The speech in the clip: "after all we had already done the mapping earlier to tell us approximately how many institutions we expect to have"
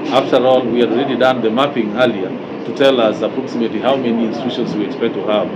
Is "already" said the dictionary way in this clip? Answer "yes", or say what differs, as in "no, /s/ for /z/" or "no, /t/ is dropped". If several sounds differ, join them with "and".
yes